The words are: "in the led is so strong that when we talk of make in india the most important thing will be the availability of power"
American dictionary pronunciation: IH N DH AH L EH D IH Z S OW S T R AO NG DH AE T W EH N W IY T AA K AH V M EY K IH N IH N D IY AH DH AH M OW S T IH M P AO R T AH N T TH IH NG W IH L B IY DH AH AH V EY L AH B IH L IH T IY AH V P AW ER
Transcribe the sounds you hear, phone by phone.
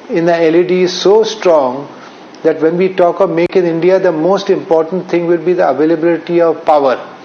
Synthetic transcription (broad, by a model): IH N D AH L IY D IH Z S OW S T R AO NG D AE T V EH N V IY T AA K AH V M EY K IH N IH N D IY AH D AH M OW S T IH M P AO R T AH N T T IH NG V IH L B IY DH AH AH V EY L AH B IH L IH T IY AH V P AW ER